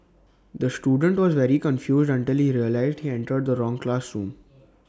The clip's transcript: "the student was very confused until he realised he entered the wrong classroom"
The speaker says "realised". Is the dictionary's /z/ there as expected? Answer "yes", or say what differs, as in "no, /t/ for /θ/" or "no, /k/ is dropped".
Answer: yes